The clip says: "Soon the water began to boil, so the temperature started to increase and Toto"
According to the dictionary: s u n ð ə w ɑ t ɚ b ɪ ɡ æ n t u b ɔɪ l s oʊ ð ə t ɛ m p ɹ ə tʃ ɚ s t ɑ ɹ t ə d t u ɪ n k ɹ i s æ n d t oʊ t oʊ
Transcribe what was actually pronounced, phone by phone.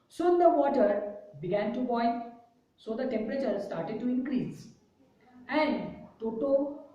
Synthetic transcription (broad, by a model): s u n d ə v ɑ t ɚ b ɪ ɡ æ n t u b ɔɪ n s oʊ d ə t ɛ m p ɹ ə tʃ ɚ s t ɑ ɹ t ə d t u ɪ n k ɹ i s æ n d t oʊ t oʊ